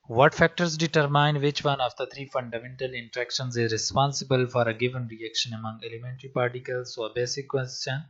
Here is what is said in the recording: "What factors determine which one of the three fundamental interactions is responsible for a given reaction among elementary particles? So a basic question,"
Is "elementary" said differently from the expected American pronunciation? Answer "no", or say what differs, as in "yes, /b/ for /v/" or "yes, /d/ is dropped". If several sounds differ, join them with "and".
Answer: no